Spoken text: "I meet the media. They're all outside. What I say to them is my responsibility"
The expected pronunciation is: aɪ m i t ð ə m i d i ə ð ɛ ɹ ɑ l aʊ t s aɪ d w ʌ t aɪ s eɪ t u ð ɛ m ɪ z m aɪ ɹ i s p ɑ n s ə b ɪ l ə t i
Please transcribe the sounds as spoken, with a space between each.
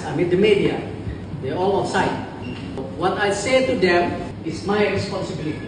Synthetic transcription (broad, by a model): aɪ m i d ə m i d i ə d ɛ ɑ l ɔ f s aɪ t w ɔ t aɪ s eɪ t u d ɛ m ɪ s m aɪ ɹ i s p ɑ n s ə b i l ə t i